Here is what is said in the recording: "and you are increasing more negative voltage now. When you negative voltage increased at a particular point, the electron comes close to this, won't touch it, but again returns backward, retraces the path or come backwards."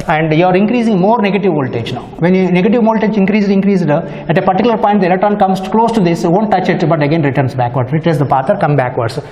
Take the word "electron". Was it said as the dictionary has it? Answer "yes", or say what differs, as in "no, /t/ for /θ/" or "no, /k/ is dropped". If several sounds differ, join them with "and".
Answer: no, /k/ is dropped and /ɹ/ is dropped